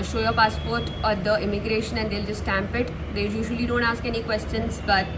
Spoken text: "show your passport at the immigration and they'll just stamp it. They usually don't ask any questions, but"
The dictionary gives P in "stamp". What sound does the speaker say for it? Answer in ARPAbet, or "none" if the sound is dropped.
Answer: P